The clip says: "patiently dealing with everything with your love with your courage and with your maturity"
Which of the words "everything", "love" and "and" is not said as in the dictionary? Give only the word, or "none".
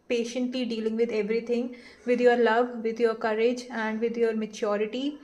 everything